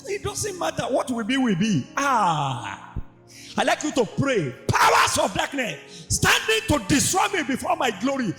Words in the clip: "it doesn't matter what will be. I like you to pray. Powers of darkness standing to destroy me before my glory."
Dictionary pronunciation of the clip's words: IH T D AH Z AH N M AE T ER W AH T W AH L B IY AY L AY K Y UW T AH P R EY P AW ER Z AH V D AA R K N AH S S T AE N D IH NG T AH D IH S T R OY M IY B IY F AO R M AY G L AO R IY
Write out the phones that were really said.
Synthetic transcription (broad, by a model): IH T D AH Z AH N M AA T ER W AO T W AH W B IY AY L AY K Y UW T AH P R EY P AW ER S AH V D AA K N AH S S T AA N D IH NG T AH D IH S T R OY M IY B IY F AO M AY G L AO R IY